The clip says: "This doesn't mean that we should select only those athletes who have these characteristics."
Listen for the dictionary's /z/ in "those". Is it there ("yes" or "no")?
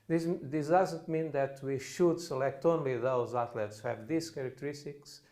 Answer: yes